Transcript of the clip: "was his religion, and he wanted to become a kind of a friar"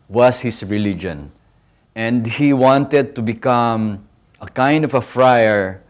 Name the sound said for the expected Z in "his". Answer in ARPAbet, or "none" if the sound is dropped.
S